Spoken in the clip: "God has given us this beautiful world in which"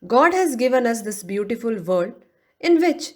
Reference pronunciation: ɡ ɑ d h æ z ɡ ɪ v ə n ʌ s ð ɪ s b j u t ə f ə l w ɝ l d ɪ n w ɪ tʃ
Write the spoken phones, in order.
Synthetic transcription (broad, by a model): ɡ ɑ d h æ z ɡ ɪ v ə n ʌ s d ɪ s b j u t ə f ə l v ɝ d ɪ n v ɪ tʃ